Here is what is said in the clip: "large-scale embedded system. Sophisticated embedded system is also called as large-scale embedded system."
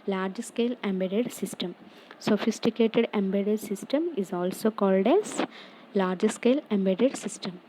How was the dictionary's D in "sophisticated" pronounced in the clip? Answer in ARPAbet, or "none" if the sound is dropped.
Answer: D